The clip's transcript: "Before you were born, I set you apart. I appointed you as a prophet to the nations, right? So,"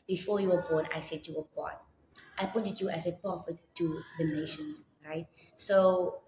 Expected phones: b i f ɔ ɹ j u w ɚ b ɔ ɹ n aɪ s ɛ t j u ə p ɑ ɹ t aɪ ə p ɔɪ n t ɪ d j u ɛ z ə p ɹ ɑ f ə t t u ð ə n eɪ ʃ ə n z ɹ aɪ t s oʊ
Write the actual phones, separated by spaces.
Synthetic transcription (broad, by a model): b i f ɔ j u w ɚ b ɔ n aɪ s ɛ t j u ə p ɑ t t aɪ p ɔɪ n t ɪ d j u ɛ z ə p ɹ ɑ f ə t t u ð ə n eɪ ʃ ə n s ɹ aɪ t s oʊ